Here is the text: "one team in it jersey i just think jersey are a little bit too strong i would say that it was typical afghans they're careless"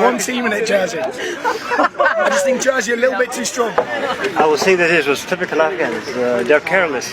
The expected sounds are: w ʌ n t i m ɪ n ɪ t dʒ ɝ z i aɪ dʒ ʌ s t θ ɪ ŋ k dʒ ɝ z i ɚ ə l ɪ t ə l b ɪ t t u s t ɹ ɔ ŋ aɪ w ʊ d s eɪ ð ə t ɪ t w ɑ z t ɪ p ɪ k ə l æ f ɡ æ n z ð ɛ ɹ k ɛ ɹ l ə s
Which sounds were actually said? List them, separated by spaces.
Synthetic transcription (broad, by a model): w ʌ n t i m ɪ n ɪ t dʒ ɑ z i aɪ dʒ ʌ s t θ ɪ ŋ k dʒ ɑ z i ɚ ə l ɪ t l b ɪ t t u s t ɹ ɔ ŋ aɪ w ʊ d θ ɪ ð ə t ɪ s w ɑ z t ɪ p ɪ k ə l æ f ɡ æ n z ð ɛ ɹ k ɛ ɹ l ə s